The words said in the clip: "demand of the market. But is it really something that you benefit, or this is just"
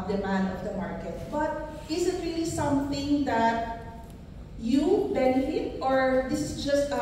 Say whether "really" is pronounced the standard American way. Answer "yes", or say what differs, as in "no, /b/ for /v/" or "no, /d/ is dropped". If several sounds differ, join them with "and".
yes